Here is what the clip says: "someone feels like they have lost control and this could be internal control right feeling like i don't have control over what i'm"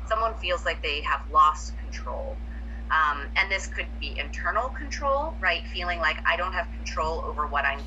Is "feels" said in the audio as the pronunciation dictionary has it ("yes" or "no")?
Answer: yes